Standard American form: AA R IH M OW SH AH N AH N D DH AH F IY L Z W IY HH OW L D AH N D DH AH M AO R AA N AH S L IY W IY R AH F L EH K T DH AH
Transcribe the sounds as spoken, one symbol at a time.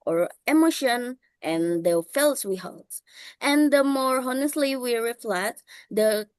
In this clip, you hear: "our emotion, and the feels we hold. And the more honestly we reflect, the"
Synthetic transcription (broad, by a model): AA R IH M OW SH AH N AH N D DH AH F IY L S W IY HH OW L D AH N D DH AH M AO R AA N AH S L IY W IY R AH F L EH T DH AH